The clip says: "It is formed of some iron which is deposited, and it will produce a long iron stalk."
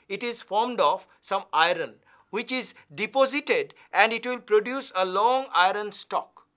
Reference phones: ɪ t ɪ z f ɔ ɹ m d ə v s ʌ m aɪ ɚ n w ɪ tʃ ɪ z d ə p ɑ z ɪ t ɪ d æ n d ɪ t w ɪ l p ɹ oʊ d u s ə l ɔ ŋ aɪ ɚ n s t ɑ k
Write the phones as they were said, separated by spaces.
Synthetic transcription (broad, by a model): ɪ t ɪ z f ɔ ɹ m d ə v s ʌ m aɪ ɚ n w ɪ tʃ ɪ z d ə p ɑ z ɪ t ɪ d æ n d ɪ t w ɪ l p ɹ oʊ d u s ə l ɔ ŋ aɪ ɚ n s t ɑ k